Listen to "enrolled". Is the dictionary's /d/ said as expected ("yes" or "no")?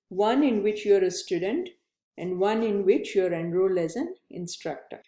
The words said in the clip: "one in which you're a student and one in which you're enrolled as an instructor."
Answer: no